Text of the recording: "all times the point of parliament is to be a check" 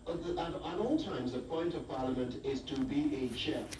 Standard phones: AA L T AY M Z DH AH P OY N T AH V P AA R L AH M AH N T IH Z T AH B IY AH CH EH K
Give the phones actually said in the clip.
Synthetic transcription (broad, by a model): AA L T AY M Z DH AH P OY N T AH V P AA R L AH M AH N T IH Z T AH B IY AH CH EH